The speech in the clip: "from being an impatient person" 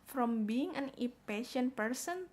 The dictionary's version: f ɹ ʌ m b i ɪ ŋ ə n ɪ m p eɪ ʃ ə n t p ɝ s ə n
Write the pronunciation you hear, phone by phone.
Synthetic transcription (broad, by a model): f ɹ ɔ m b i ɪ ŋ ə n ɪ p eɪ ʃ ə n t p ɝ s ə n